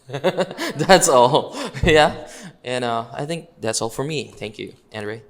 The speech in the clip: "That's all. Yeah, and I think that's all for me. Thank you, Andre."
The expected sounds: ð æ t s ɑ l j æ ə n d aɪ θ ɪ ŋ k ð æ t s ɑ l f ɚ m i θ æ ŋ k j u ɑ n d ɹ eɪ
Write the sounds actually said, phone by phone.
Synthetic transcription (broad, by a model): ð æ t s ɑ l j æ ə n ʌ aɪ θ ɪ ŋ k ð æ t s ɑ l f ɚ m i θ æ ŋ k j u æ n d ɹ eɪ